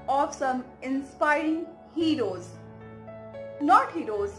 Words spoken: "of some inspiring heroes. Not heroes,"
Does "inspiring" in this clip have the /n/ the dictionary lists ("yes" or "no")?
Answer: yes